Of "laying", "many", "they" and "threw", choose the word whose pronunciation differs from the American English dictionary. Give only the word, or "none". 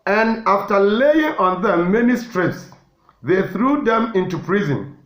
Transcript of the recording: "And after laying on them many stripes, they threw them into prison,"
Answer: none